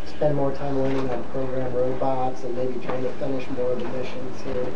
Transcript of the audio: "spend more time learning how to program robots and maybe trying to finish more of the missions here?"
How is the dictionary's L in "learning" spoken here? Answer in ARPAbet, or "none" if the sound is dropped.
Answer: W